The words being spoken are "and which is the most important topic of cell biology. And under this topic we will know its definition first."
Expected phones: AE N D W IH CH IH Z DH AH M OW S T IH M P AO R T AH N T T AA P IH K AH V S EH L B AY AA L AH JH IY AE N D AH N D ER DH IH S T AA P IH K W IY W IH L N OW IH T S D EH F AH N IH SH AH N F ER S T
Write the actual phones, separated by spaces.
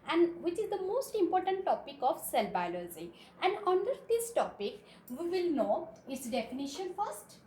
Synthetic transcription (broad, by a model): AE N D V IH CH IH Z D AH M OW S T IH M P AO R T AH N T T AA P IH K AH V S EH L B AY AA L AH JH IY AE N D AH N D ER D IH S T AA P IH K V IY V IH L N OW IH T S D EH F AH N IH SH AH N F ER S T